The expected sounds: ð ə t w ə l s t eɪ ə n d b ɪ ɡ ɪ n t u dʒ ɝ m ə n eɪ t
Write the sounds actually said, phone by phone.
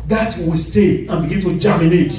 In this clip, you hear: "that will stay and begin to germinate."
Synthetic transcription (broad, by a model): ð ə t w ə w s t eɪ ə n b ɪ ɡ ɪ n t u dʒ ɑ m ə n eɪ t